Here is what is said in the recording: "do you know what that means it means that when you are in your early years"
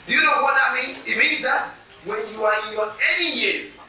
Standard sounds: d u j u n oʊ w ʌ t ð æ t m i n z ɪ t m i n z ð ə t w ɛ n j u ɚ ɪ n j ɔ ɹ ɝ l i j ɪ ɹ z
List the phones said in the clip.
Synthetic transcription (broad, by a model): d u j u n oʊ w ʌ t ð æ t m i n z ɪ t m i n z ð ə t w ɛ n j u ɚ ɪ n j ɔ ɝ n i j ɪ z